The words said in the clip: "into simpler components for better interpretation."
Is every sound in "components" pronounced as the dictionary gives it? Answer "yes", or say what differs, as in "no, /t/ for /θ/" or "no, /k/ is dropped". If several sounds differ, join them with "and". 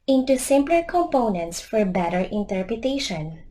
yes